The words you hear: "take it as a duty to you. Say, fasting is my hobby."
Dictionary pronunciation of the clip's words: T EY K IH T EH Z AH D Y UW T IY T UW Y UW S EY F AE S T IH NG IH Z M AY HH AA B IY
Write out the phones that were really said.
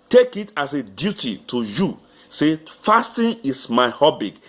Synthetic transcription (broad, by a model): T EY K IH T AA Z AH D Y UW T IY T UW Y UW S EY F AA S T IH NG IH S M AY HH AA B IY